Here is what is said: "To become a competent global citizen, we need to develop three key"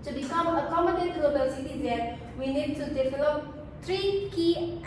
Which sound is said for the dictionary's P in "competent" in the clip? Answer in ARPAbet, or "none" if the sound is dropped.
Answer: none